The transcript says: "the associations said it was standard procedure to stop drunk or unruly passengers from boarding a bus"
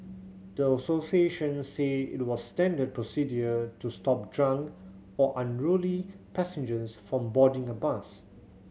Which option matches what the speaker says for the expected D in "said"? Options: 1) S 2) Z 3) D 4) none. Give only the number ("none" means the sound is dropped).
4